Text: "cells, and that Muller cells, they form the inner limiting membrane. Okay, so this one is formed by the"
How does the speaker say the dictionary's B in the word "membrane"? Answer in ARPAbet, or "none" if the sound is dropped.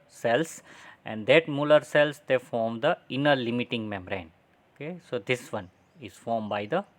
none